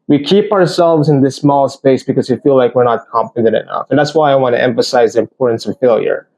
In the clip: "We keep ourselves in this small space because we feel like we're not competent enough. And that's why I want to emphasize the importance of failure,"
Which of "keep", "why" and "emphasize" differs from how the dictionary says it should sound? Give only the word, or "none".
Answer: none